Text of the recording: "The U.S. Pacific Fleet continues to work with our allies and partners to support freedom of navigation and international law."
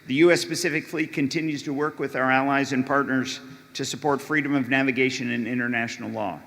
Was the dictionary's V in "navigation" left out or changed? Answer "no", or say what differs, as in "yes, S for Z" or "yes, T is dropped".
no